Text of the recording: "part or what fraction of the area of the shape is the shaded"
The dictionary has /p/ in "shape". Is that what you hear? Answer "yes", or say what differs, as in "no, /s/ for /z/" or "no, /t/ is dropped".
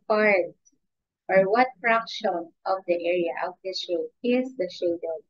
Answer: no, /p/ is dropped